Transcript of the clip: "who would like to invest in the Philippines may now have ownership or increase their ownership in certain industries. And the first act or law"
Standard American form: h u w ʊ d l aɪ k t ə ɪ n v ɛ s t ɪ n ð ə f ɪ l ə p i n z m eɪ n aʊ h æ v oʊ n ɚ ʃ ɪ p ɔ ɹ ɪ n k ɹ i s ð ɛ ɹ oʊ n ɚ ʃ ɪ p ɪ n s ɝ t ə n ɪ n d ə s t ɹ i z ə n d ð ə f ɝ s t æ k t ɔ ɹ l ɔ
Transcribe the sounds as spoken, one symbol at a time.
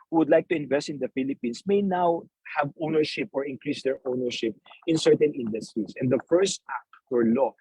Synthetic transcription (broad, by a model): h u w ʊ d l aɪ k t ə ɪ n v ɛ s t ɪ n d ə f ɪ l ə p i n s m eɪ n aʊ h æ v oʊ n ɚ ʃ ɪ p ɔ ɹ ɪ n k ɹ i s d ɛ ɹ oʊ n ɚ ʃ ɪ p ɪ n s ɝ t ə n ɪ n d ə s t ɹ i s ə n d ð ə f ɝ s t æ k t ɔ ɹ l ɔ